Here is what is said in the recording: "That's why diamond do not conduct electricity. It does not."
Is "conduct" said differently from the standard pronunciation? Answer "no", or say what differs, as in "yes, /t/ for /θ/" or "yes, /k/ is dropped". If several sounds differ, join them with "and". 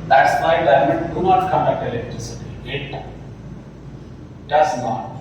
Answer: yes, /t/ is dropped